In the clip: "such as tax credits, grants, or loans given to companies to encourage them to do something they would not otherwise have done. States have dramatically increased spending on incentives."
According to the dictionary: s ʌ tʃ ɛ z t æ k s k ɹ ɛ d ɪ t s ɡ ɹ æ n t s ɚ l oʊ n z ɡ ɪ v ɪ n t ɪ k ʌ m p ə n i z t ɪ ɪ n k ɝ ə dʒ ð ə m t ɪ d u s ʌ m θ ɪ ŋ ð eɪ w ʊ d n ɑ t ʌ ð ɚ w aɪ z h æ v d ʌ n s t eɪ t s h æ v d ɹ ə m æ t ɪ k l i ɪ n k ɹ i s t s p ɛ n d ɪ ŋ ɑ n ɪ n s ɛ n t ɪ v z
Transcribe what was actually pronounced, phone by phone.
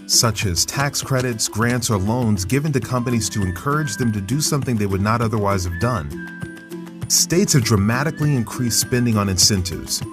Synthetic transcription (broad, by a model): s ʌ tʃ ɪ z t æ k s k ɹ ɛ d ɪ t s ɡ ɹ æ n t s ɚ l oʊ n z ɡ ɪ v ɪ n t ɪ k ʌ m p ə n i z t ɪ ɪ n k ɝ ə dʒ ð ə m t ɪ d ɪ s ʌ m θ ɪ ŋ ð eɪ w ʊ d n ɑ t ʌ ð ɚ w aɪ z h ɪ v d ʌ n s t eɪ t s h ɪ v d ɹ ə m æ t ɪ k l i ɪ n k ɹ i s t s p ɛ n d ɪ ŋ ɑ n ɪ n s ɛ n t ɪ v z